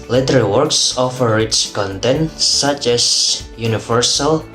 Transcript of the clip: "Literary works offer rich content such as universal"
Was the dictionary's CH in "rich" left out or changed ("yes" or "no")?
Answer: yes